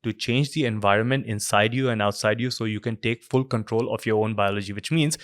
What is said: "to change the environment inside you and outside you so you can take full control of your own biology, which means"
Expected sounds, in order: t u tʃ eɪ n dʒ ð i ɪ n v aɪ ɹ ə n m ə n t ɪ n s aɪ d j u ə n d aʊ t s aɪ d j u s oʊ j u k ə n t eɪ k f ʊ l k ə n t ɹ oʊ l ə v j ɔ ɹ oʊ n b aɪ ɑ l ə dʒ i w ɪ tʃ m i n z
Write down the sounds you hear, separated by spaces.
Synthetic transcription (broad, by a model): t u tʃ eɪ n dʒ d i ɪ n v aɪ ɹ ə n m ə n t ɪ n s aɪ d j u ə n d aʊ t s aɪ d j u s oʊ j u k ə n t eɪ k f ʊ l k ə n t ɹ oʊ l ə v j ɔ ɹ oʊ n b aɪ ɑ l ə dʒ i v ɪ tʃ m i n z